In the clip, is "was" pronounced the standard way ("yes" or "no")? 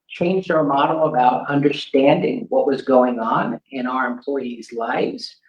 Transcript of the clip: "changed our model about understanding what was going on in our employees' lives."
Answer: yes